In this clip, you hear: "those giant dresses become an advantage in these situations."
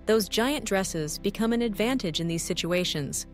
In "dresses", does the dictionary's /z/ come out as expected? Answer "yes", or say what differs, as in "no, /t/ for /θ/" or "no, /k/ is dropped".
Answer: yes